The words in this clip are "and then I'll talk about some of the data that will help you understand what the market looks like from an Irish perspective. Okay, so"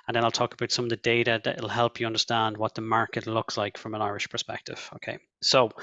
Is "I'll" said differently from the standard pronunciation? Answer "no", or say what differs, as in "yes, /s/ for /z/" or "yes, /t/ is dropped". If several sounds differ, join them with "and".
no